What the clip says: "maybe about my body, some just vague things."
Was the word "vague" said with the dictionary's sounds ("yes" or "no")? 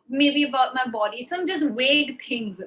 no